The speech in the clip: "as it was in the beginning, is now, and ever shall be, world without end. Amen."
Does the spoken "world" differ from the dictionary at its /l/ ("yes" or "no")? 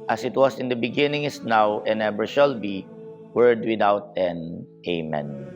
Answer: yes